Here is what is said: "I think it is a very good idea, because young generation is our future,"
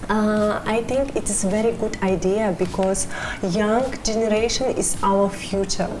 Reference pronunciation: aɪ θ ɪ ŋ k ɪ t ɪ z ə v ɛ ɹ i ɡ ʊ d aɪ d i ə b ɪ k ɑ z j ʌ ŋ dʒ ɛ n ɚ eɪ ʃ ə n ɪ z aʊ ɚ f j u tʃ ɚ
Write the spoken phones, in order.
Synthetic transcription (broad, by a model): aɪ t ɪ ŋ k ɪ t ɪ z v ɛ ɹ i ɡ ʊ d aɪ d i ə b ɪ k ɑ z j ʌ ŋ dʒ ɛ n ɚ eɪ ʃ ə n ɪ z aʊ ɚ f j u tʃ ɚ